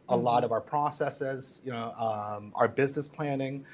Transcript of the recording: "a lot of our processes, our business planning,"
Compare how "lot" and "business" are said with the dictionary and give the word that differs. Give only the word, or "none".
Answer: none